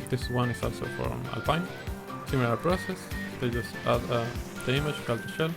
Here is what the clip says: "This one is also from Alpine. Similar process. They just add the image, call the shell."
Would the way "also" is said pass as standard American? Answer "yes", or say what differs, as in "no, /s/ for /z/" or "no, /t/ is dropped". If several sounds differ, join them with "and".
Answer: yes